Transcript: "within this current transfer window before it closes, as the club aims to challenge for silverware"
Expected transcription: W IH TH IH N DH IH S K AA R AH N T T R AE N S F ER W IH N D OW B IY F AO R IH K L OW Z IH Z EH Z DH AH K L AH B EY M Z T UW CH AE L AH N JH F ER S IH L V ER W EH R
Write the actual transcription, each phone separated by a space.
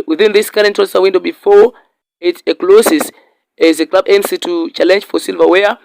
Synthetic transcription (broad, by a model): W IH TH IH N DH IH S K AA R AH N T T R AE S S ER W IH N D OW B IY F AO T IH K L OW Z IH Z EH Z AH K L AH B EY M S T UW CH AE L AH N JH F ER S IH L V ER W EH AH